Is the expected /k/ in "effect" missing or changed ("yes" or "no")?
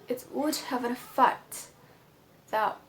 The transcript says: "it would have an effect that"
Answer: yes